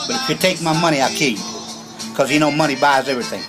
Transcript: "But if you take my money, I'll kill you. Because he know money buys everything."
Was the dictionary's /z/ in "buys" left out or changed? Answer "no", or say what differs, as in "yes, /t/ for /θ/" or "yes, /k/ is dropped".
no